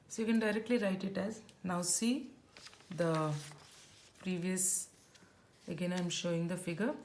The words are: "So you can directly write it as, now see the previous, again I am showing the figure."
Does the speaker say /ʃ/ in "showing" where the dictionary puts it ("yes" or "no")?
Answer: yes